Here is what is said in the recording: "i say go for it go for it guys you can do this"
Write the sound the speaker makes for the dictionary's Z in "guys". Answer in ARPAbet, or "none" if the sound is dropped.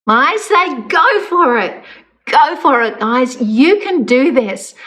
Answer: Z